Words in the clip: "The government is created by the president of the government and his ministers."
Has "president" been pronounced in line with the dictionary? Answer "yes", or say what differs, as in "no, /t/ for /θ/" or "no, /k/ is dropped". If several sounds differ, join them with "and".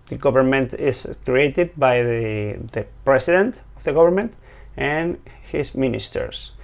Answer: no, /s/ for /z/